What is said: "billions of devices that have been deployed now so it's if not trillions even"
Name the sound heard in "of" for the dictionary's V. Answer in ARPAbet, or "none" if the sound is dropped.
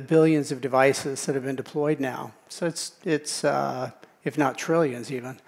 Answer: V